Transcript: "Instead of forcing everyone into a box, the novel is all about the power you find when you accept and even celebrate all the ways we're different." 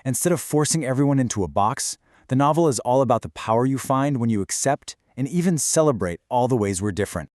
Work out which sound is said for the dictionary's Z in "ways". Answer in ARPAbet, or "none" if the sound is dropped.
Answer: Z